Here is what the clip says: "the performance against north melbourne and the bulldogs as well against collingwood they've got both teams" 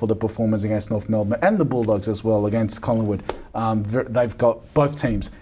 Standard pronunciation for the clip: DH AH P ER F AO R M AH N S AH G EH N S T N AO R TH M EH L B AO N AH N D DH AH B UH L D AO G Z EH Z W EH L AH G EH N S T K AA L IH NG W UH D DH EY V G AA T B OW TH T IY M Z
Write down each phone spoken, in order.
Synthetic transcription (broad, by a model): DH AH P ER F AO R M AH N S AH G EH N S T N AO R TH M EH L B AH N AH N DH AH B UH L D AO G Z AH Z W EH L AH G EH N S T K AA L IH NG W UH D DH EY V G AA T B OW TH T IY M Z